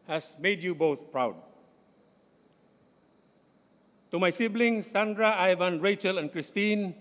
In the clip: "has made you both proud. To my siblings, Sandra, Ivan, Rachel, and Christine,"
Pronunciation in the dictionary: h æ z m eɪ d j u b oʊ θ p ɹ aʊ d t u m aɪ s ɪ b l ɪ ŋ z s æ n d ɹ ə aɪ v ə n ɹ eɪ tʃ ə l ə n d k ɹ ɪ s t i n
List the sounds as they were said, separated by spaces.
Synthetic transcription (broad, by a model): h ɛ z m eɪ d j u b oʊ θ p ɹ aʊ d t u m aɪ s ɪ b l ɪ ŋ s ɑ n d ɹ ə aɪ v ə n ɹ eɪ tʃ ə l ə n k ɹ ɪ s t i n